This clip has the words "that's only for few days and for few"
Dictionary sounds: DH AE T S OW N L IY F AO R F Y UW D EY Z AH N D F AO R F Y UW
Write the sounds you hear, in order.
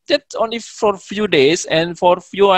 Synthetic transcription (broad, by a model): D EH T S OW N L IY F AO R F Y UW D EY S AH N F AO R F Y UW